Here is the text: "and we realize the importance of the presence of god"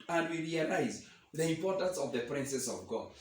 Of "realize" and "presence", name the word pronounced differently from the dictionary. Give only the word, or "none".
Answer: presence